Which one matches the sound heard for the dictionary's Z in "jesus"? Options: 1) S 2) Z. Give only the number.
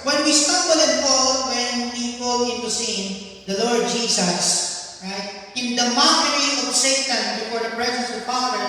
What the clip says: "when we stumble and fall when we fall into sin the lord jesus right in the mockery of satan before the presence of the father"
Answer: 1